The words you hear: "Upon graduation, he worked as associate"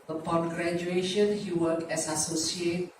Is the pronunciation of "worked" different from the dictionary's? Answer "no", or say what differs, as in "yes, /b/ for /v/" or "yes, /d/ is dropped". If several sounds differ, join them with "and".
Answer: yes, /t/ is dropped